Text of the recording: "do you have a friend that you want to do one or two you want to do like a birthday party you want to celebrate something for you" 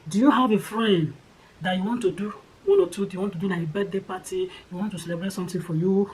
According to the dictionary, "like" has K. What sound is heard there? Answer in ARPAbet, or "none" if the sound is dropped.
none